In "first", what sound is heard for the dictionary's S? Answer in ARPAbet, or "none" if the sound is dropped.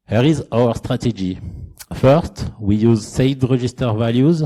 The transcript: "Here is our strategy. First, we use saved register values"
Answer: S